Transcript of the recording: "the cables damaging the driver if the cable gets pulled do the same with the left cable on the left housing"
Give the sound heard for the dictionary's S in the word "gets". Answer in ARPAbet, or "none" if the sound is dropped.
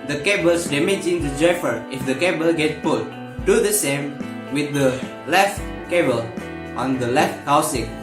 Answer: none